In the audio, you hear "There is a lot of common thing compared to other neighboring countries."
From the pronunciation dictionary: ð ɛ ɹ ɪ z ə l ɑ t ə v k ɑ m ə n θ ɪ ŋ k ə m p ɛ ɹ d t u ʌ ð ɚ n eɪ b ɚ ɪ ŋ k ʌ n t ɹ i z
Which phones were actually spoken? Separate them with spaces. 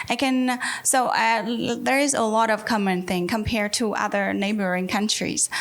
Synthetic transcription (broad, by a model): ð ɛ ɹ ɪ z ə l ɑ t ə v k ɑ m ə n θ ɪ ŋ k ə m p ɛ ɹ d t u ʌ ð ɚ n eɪ b ɚ ɪ ŋ k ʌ n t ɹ i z